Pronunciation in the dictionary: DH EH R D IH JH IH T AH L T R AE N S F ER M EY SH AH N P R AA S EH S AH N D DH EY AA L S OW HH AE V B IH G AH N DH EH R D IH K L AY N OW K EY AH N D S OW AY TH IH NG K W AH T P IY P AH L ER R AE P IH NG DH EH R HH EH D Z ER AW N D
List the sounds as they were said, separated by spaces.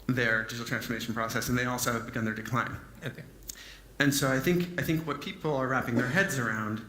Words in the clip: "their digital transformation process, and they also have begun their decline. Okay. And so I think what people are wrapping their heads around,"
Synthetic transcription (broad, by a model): DH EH R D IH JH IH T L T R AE N S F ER M EY SH N P R AA S EH S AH N DH EY AA L S OW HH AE V B IH G AH N DH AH R D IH K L AY N OW AA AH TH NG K AY TH IH NG K W AH T P IY P L ER R AE P IH NG DH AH R HH EH D Z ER AW N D